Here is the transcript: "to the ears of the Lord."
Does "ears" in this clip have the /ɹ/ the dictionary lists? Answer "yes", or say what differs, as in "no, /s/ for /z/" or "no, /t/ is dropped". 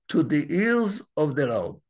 no, /l/ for /ɹ/